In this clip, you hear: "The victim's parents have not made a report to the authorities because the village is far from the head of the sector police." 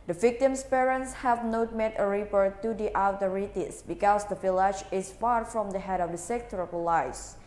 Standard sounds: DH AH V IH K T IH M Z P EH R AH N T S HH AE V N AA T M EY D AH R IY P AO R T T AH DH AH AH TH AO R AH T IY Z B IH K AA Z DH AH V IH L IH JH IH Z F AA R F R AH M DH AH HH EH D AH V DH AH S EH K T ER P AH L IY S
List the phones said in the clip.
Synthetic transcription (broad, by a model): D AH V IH K T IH M S P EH R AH N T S HH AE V N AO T M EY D AH R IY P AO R T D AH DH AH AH T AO R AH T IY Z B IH K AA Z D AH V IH L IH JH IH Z F AA R F R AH M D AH HH EH D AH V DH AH S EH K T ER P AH L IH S